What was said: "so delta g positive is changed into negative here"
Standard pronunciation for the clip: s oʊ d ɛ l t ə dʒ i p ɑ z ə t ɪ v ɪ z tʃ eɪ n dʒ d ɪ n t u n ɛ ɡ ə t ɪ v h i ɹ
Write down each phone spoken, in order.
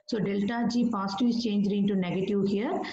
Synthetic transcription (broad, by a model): s oʊ d ɛ l t ə dʒ i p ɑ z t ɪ ɪ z tʃ eɪ n dʒ d ɪ n t u n ɛ ɡ ə t ɪ v h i ɹ